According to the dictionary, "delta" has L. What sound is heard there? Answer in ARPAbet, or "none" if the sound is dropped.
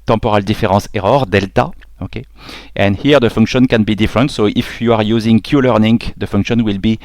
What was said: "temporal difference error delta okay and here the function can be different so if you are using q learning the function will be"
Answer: L